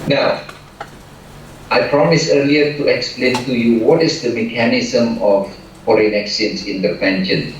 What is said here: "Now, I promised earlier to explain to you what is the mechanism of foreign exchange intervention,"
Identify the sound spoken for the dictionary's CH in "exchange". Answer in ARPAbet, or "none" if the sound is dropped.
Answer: none